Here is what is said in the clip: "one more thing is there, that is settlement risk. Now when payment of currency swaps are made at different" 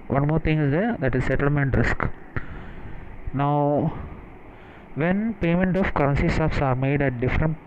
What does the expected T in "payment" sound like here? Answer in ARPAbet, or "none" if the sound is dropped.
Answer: T